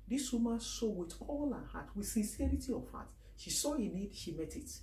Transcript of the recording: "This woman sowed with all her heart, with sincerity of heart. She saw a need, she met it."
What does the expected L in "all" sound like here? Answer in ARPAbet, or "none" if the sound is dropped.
L